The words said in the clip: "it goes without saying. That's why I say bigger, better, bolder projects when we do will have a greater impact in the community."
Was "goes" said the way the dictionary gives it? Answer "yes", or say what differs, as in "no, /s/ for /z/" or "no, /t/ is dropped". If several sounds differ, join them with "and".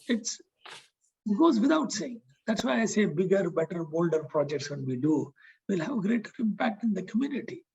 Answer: yes